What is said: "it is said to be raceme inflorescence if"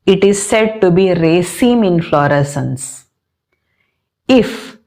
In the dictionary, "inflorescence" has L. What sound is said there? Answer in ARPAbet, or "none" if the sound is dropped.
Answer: L